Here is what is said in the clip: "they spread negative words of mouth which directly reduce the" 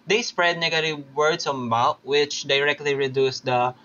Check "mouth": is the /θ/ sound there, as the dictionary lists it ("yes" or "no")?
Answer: no